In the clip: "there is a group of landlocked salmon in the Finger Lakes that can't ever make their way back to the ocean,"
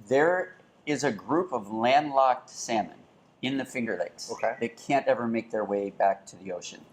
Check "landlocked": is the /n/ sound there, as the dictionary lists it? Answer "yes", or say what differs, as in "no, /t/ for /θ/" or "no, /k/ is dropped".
yes